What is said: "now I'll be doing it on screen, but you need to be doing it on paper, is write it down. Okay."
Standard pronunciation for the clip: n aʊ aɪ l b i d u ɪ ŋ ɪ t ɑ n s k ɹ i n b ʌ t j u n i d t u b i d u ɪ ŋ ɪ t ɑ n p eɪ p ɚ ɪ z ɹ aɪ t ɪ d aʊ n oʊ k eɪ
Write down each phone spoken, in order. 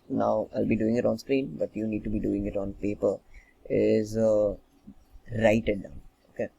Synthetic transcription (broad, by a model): n aʊ aɪ l b i d u ɪ ŋ ɪ t ɑ n s k ɹ i n b ʌ t j u n i d t u b i d u ɪ ŋ ɪ t ɑ n p eɪ p ɚ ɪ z ɹ aɪ t ɪ d aʊ n oʊ k eɪ